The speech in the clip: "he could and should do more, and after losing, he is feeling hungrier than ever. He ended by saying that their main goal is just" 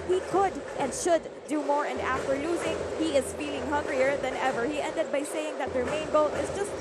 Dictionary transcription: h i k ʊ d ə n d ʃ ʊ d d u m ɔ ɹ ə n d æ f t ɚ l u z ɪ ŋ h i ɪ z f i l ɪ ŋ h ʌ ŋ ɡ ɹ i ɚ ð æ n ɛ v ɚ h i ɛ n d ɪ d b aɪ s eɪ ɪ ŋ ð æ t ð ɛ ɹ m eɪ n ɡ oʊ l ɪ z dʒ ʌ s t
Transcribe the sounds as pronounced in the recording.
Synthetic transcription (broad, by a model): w i k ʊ d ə n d ʃ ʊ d d u m ɔ ɹ ə n d æ f t ɚ l u z ɪ ŋ h i ɪ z f i l ɪ ŋ h ʌ ŋ ɡ ɹ i ɚ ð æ n ɛ v ɚ h i ɛ n d ɪ d b aɪ s eɪ ɪ ŋ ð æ t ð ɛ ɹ m eɪ n ɡ oʊ l ɪ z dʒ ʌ s t